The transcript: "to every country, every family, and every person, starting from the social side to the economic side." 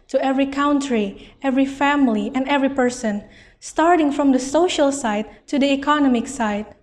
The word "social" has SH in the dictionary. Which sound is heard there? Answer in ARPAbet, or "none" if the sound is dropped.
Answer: SH